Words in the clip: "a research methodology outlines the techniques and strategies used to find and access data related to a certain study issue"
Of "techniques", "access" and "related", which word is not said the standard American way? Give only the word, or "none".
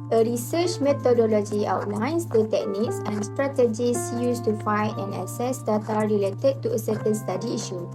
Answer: access